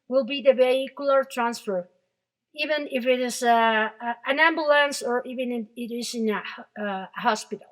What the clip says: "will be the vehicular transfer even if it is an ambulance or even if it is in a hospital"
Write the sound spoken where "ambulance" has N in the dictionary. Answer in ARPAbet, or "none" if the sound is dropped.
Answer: N